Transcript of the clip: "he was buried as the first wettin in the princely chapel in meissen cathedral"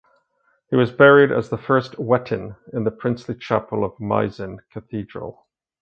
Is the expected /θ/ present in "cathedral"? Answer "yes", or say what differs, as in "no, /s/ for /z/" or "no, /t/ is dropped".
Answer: yes